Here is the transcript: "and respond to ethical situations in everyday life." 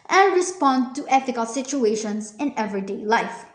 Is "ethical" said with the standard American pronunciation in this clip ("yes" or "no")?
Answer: no